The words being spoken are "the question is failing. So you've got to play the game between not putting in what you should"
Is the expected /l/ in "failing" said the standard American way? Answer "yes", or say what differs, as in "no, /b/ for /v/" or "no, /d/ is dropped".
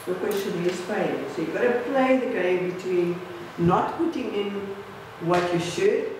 no, /l/ is dropped